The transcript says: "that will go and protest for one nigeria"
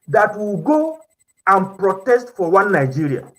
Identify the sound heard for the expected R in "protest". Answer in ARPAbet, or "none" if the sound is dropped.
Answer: R